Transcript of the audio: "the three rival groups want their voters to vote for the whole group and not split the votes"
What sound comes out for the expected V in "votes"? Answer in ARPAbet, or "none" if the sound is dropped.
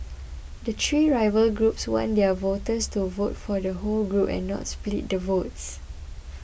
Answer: V